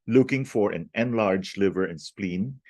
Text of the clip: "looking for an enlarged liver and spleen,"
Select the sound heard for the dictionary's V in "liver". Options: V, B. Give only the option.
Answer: V